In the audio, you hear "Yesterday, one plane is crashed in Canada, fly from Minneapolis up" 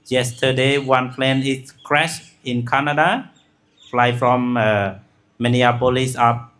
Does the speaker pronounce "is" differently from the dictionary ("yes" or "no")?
yes